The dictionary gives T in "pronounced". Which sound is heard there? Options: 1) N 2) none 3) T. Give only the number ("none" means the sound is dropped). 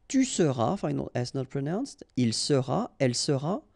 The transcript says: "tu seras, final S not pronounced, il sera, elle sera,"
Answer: 3